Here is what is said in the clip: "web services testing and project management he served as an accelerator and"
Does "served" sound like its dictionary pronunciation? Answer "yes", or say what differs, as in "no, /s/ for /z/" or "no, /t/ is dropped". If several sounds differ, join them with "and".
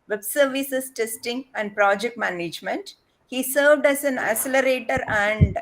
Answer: yes